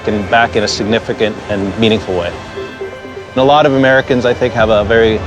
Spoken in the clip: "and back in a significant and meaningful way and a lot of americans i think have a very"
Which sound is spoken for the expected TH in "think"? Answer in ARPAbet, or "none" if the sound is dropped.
TH